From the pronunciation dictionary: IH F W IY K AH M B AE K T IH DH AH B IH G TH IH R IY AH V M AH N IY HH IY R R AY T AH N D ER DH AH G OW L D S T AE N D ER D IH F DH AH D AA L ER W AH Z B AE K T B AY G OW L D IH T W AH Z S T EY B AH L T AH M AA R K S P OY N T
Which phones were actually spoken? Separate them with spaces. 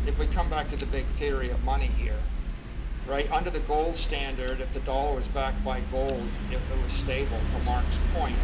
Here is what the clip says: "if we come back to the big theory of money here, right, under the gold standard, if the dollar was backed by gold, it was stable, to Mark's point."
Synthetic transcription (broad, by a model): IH F W IY K AH M B AE K T IH DH AH B IH G TH IH R IY AH V M AH N IY HH IY R R AY T AH N D ER DH AH G OW L D S T AE N D ER D IH F DH AH D AA L ER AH Z B AE K B AY G OW L D IH T W AH Z S T EY B L T AH M AA R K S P OY N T